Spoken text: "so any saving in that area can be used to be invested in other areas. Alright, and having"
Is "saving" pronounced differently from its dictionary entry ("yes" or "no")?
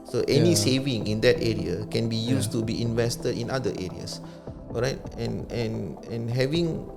no